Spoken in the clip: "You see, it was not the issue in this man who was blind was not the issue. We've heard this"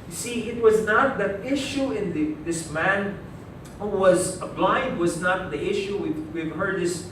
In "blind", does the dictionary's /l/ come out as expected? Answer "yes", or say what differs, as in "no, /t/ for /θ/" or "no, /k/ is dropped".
yes